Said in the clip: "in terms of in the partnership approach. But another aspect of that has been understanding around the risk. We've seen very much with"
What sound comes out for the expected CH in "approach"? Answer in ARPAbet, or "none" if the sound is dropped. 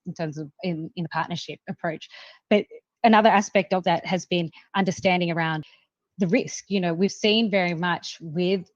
CH